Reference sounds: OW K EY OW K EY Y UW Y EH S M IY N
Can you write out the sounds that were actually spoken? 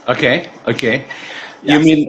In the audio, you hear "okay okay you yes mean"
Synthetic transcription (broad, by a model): OW K EY OW K EY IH Y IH M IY N